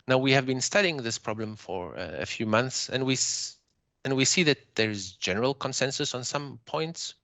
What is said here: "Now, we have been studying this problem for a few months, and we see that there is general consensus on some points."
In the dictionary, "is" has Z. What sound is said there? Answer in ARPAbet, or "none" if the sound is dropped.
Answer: Z